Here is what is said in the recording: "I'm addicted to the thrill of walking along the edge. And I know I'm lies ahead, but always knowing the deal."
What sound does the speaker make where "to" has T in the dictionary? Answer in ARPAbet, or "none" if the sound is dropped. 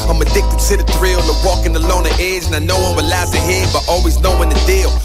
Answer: S